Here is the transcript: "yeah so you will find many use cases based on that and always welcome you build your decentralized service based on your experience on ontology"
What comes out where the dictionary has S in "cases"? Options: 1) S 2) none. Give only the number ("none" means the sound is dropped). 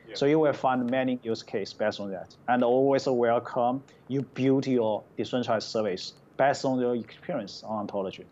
2